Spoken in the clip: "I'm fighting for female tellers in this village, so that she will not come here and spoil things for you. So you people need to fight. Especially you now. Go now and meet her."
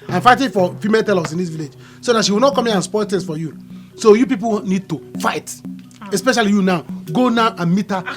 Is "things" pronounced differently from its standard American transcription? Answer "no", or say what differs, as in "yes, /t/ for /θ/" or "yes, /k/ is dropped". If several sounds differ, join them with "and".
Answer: yes, /t/ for /θ/ and /s/ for /z/